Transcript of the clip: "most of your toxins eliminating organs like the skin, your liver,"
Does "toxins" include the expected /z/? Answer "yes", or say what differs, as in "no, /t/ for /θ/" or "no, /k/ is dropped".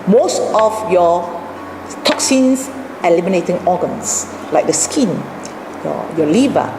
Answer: no, /s/ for /z/